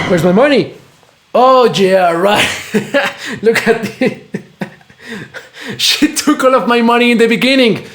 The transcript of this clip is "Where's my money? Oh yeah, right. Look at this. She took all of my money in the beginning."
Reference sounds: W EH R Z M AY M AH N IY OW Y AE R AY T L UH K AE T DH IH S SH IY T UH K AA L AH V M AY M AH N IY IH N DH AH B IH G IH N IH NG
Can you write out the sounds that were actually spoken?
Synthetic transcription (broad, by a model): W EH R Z M AY M AH N IY OW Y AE R AY T L UH K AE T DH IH SH IY T UH K AA L AH V M AY M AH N IY IH N DH AH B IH G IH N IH NG